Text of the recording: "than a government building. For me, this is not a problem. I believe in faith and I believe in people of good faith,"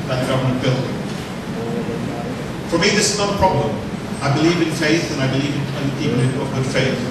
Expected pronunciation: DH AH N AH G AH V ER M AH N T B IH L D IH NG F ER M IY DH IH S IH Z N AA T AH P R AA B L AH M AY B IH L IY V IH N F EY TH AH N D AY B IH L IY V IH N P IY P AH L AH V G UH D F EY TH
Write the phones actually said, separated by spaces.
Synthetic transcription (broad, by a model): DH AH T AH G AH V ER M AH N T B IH L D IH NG F ER M IY DH IH S IH Z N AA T AH P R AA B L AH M AY B IH L IY V IH N F EY TH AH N AY B IH L IY V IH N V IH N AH N AH V G UH D F EY TH